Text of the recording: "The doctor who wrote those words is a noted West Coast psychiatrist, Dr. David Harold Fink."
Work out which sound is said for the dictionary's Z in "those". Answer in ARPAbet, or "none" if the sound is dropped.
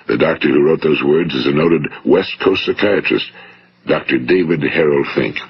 Z